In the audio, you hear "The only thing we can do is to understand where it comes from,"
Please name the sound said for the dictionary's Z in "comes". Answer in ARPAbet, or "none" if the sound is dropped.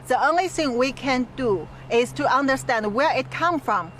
none